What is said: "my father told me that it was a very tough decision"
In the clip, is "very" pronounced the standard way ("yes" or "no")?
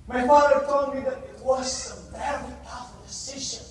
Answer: no